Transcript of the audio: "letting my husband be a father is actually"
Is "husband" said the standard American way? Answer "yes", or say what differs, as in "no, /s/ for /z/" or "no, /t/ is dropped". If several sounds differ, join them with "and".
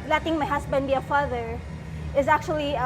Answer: no, /s/ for /z/